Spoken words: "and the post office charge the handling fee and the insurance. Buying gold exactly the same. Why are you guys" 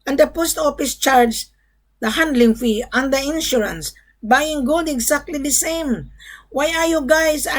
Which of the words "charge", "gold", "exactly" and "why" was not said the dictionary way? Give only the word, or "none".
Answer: exactly